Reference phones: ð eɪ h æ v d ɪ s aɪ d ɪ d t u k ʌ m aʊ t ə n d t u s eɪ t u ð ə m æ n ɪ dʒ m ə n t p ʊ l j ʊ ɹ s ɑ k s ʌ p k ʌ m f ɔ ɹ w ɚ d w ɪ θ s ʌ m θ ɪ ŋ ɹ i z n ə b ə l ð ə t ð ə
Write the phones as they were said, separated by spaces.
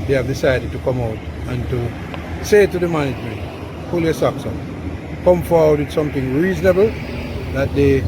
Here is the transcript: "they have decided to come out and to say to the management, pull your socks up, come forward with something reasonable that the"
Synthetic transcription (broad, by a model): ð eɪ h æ v d ɪ s aɪ d ɪ d t u k ʌ m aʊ t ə n t u s eɪ t u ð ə m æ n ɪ dʒ m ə n t f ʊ l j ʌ s ɑ k s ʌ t k ʌ m f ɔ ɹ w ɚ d w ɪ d s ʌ m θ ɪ ŋ ɹ i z n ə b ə l ð ə t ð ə